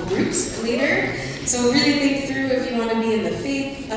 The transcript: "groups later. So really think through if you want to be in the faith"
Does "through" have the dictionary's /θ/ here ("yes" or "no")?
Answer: yes